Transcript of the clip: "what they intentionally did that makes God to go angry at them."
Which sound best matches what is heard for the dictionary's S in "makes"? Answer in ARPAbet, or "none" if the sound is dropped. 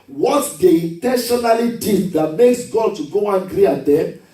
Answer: S